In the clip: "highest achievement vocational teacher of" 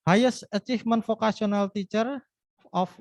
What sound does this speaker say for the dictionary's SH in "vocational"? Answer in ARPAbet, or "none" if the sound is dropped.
S